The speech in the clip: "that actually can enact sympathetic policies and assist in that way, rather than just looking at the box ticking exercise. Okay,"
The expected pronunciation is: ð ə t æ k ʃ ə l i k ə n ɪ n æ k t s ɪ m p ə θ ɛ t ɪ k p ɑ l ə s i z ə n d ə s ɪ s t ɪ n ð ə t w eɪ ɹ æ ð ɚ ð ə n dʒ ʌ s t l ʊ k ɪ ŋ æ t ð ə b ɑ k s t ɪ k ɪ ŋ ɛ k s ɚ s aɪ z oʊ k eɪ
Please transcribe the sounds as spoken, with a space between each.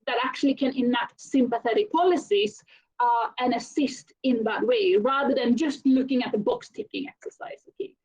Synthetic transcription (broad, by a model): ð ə t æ k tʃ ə l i k ə n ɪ n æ t s ɪ m p ə θ ɛ t ɪ k p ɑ l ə s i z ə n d ə s ɪ s t ɪ n ð ə t w eɪ ɹ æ ð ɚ ð ə n dʒ ʌ s t l ʊ k ɪ ŋ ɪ t ð ə b ɑ k s t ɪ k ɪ ŋ ɛ k s ɚ s aɪ z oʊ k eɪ